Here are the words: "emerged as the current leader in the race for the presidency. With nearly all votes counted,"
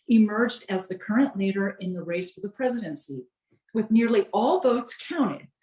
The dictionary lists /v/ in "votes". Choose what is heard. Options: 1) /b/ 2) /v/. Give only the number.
2